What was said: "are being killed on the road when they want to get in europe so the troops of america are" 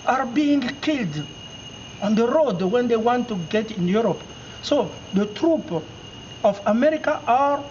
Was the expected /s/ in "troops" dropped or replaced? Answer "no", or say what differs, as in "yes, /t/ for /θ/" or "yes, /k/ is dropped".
yes, /s/ is dropped